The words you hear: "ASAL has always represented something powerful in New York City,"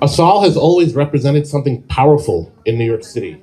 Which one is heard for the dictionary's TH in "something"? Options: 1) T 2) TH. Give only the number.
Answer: 2